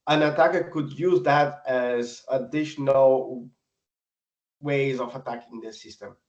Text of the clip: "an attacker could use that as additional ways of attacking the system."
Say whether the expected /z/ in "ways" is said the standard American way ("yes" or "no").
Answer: yes